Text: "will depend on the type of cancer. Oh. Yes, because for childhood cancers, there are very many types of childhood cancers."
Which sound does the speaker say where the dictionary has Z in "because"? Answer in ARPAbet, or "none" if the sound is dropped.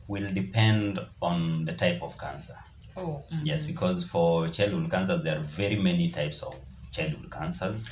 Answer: Z